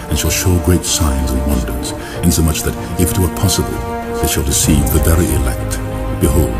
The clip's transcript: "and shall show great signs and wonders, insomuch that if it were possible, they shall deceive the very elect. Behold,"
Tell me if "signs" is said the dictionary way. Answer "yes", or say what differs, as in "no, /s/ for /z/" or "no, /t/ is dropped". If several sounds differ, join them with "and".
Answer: yes